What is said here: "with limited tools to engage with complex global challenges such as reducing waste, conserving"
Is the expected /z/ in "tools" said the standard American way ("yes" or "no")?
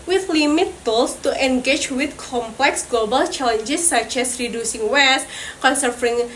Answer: no